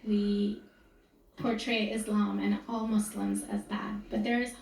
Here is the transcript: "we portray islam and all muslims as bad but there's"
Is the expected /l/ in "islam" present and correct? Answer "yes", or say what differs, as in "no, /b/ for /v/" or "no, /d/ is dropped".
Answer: yes